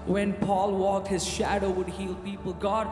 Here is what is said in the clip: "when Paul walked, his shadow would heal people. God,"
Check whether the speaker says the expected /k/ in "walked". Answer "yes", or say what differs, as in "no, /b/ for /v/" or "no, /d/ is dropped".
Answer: yes